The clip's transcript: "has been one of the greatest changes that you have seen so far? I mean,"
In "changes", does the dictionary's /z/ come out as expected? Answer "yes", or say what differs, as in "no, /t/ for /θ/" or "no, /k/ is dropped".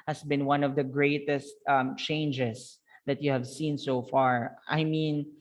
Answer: no, /s/ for /z/